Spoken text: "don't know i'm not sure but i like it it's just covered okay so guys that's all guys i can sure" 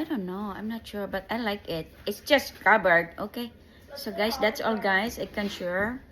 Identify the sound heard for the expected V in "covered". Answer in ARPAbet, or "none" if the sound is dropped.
B